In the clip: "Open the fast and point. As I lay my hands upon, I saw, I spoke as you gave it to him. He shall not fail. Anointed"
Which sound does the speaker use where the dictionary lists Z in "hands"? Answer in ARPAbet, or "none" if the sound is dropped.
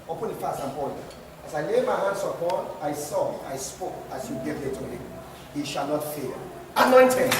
S